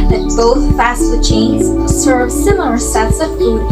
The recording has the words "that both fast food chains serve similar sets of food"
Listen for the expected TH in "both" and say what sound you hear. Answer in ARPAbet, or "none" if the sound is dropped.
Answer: TH